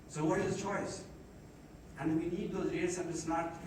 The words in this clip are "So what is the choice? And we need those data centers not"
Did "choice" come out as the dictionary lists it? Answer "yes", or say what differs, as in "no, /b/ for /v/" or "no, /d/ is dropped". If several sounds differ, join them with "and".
yes